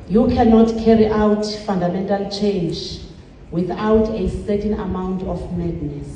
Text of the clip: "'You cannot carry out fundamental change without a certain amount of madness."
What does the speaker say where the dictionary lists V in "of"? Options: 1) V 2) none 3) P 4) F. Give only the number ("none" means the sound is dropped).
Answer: 4